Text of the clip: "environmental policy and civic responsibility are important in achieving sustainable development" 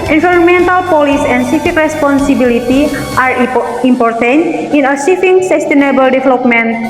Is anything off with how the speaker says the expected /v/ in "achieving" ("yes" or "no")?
yes